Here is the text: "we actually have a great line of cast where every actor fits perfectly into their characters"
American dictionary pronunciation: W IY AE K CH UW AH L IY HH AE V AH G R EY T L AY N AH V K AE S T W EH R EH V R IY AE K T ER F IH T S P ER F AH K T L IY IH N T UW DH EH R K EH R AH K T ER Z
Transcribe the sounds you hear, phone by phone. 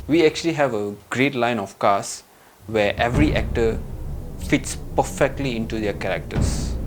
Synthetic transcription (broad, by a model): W IY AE K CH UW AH L IY HH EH V AH G R EY T L AY N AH F K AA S W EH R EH V R IY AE K T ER F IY T S P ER F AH K T L IY IH N T UW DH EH K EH R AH K T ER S